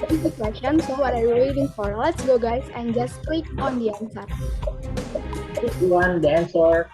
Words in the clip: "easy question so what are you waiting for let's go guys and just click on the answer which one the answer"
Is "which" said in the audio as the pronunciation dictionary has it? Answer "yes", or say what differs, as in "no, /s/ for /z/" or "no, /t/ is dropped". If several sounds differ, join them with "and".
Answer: no, /s/ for /tʃ/